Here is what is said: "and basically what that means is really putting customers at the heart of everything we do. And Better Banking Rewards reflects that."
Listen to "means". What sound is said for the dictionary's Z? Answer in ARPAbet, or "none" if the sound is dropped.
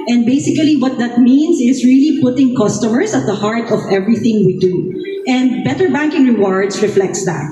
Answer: S